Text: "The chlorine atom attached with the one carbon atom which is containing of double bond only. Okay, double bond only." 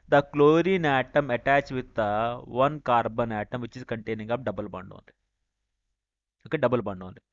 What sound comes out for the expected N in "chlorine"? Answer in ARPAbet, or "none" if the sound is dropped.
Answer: N